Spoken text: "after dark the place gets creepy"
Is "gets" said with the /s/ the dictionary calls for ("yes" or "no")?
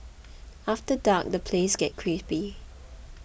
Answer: no